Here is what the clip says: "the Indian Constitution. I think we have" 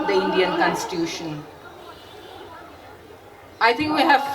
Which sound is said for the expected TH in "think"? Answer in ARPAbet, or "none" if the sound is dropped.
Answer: T